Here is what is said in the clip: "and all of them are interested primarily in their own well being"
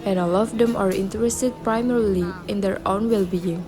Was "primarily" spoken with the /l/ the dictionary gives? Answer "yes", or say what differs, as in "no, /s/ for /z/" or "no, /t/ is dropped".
yes